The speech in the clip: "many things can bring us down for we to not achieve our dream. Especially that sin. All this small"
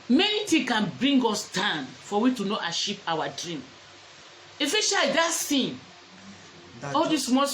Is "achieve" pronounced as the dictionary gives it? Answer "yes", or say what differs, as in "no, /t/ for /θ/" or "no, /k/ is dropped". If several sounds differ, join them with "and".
no, /ʃ/ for /tʃ/ and /p/ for /v/